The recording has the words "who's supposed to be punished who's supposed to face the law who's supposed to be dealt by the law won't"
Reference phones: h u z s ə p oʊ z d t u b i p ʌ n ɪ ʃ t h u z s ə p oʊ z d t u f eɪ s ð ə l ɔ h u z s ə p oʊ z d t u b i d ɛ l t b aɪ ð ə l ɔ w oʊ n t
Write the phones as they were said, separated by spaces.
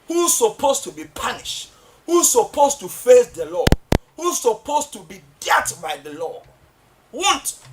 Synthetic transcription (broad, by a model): h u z s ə p oʊ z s t u b i p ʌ n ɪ ʃ t h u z s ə p oʊ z t u f eɪ s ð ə l ɔ h u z s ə p oʊ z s t u b i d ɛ t b aɪ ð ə l ɔ w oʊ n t